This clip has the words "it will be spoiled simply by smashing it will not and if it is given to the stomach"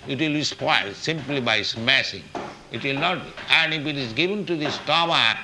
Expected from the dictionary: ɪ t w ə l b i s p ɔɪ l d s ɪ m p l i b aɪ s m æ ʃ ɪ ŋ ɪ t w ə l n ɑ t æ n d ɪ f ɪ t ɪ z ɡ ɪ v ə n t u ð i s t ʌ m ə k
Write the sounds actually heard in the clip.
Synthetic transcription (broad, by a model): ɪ t w ə l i s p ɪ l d s ɪ m p l i b aɪ s m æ s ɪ ŋ ɪ t w ə l n ɑ t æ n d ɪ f ɪ t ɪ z ɡ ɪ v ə n t u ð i s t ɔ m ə